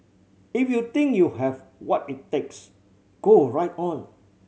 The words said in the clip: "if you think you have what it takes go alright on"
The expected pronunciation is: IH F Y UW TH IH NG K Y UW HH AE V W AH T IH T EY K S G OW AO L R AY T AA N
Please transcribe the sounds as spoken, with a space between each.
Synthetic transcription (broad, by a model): IH F Y UW T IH NG K Y UW HH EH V W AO T IH T EY K S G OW AO R AY T AA N